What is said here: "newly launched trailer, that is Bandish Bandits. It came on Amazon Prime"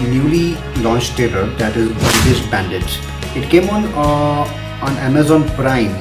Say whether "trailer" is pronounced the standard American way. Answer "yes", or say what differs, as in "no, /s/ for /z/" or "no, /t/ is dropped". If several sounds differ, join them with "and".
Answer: no, /ɹ/ is dropped